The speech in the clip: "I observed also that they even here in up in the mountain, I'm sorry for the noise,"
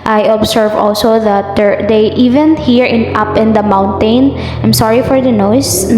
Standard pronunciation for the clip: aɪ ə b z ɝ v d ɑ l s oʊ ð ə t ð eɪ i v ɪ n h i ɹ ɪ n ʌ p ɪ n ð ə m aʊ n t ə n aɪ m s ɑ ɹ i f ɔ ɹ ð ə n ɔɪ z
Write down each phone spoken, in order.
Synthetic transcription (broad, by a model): aɪ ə b s ɝ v ɑ l s oʊ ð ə t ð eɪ i v ɪ n h i ɹ ɪ n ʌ p ɪ n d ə m aʊ n t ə n aɪ m s ɑ ɹ i f ɔ ɹ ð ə n ɔɪ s